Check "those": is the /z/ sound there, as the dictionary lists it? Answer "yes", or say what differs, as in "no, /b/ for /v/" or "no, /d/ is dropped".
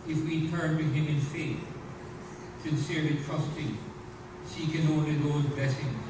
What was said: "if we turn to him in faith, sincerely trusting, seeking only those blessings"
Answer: yes